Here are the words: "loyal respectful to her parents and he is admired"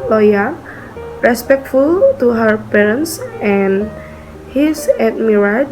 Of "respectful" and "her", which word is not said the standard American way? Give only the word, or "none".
none